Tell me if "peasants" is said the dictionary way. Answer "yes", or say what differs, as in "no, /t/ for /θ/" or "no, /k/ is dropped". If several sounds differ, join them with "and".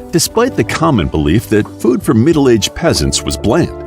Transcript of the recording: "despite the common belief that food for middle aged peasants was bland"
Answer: yes